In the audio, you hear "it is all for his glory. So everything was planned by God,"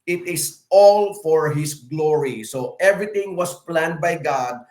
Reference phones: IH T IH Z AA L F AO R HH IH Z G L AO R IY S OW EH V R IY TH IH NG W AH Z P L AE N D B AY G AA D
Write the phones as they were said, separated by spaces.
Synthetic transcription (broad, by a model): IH T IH S AA L F AO R HH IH S G L AO R IY S OW EH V R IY T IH NG W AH S P L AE N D B AY G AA D